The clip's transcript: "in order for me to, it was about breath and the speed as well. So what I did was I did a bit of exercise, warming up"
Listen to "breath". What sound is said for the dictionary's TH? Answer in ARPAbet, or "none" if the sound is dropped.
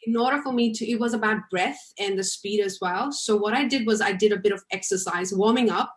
TH